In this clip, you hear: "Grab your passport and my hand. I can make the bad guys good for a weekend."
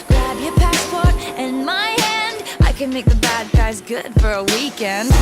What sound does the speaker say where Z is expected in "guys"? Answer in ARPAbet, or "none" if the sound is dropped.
Z